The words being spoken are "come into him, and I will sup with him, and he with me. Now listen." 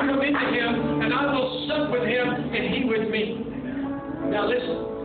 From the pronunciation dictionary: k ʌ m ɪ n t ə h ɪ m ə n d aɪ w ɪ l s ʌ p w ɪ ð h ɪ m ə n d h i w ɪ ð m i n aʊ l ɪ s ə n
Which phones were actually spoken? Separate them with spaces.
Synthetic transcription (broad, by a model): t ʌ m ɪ t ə h ɪ m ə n aɪ w ɪ l s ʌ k w ɪ ð h ɪ m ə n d h i w ɪ ð m i n aʊ l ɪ s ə n